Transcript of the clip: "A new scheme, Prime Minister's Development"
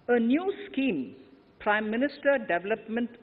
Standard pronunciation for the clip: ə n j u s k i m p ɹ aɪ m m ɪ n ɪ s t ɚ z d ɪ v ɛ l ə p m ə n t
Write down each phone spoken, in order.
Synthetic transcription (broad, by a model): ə n j u s k i m p ɹ aɪ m m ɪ n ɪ s t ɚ d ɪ v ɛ l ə p m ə n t